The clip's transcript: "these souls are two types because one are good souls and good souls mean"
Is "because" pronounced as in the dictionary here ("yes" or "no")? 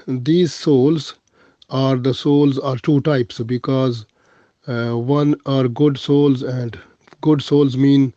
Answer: yes